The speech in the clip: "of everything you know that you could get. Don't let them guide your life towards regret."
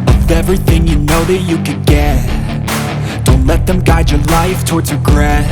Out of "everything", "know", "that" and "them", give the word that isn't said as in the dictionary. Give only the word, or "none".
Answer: none